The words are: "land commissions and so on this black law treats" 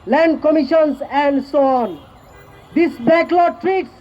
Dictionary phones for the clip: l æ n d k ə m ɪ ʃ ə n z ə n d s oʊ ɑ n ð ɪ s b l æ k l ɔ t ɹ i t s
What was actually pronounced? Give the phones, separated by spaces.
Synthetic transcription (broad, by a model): l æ n d k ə m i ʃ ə n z ə n d s oʊ ɑ n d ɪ s b æ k l ɔ t ɹ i t s